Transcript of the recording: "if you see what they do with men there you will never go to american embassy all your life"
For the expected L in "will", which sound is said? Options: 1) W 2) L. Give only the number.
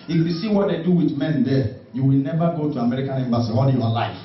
2